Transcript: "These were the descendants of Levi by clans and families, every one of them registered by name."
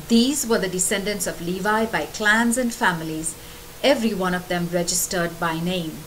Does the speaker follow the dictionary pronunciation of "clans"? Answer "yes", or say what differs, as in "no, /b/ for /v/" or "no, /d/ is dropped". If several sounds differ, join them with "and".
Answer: yes